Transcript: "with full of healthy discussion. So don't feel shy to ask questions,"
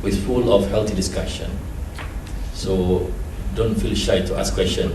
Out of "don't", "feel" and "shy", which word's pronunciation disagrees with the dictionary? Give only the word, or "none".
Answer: none